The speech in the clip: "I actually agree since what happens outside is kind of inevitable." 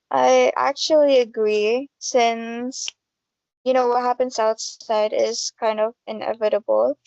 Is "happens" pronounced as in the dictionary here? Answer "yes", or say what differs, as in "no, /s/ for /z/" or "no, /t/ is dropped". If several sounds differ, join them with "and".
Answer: no, /s/ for /z/